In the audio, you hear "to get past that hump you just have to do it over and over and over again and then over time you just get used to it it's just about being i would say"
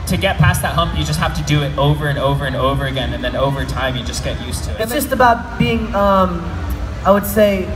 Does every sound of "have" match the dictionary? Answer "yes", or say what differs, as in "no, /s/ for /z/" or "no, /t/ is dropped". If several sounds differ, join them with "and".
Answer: no, /f/ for /v/